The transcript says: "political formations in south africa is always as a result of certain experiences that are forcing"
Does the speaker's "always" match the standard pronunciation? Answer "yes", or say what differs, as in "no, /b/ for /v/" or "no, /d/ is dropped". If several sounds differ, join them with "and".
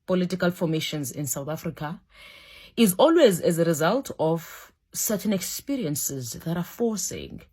yes